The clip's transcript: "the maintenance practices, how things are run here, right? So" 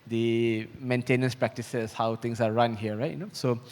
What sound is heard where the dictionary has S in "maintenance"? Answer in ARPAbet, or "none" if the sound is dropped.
S